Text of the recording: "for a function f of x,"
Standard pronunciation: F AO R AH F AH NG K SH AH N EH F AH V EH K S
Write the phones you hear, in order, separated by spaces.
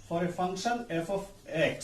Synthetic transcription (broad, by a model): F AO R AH F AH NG SH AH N EH F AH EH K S